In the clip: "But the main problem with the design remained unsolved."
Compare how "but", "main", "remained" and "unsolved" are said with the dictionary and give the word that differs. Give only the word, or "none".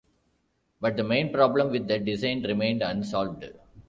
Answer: none